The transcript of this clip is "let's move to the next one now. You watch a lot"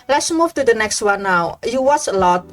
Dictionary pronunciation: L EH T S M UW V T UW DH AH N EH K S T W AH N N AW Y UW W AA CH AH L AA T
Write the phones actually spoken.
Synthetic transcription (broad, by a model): L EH T S M UW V T UW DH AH N EH K S T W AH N N AW Y UW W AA S AH L AA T